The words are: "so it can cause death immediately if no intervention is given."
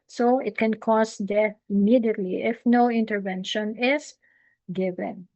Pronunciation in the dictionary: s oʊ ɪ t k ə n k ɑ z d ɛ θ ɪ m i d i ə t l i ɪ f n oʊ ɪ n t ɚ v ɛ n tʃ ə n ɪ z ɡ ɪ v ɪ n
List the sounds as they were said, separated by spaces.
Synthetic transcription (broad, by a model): s oʊ ɪ t k ə n k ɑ s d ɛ ɪ m i d i ə t l i ɪ f n oʊ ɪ n t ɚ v ɛ n ʃ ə n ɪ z ɡ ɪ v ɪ n